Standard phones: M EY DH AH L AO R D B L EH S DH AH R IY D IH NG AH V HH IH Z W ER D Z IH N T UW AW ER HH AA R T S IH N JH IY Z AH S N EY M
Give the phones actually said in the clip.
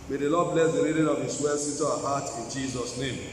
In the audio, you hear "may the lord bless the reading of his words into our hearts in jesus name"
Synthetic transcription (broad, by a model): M EY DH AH L AO D B L EH S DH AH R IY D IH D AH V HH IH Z W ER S IH N T UW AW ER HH AA T IH N JH IY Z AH S N EY M